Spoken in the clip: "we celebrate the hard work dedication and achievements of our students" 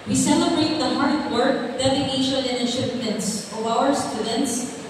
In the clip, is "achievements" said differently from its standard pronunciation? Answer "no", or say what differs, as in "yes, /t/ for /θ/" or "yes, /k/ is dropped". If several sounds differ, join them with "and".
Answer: yes, /ʃ/ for /tʃ/